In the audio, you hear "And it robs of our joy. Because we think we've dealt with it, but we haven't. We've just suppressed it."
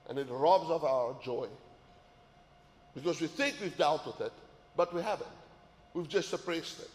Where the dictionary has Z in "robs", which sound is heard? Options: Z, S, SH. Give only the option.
Z